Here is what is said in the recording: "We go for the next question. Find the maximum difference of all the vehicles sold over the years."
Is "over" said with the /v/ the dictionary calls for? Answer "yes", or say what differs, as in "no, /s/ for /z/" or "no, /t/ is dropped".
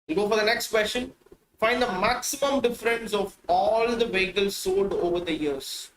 yes